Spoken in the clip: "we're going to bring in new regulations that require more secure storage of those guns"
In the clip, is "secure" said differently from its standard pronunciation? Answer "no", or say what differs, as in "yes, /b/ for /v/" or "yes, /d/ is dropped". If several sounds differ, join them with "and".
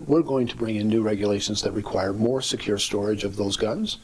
no